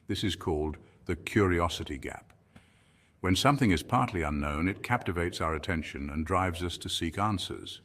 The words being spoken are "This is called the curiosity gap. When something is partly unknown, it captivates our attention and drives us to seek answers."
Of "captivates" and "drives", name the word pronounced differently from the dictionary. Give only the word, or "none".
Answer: none